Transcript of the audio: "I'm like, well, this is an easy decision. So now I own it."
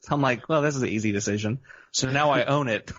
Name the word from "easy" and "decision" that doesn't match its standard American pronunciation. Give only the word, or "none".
none